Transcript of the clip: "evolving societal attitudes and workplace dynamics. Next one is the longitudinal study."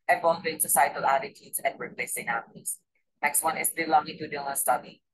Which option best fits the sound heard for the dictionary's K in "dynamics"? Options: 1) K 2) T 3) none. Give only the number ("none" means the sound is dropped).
3